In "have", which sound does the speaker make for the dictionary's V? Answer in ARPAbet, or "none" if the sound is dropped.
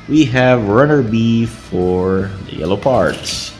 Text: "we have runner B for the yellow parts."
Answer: V